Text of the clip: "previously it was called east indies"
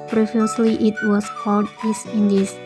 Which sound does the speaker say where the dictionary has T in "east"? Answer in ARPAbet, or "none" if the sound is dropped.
none